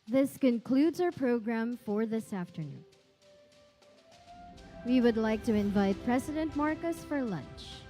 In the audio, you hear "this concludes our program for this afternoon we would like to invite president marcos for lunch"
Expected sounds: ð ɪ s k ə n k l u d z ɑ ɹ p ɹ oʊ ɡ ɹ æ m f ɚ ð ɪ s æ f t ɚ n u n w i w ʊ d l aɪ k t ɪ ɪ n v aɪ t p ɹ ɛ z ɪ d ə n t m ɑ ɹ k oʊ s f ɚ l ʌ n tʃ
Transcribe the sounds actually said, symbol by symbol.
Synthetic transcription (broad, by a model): ð ɪ s k ə n k l u d z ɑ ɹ p ɹ oʊ ɡ ɹ æ m f ɚ ð ɪ s æ f t ɚ n u n w i w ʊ d l aɪ k t ɪ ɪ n v aɪ t p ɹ ɛ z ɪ d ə n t m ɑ ɹ k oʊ s f ɚ l ʌ n tʃ